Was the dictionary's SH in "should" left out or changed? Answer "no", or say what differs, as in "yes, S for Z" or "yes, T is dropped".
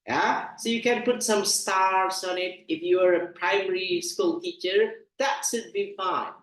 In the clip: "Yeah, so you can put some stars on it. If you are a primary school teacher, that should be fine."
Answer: yes, S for SH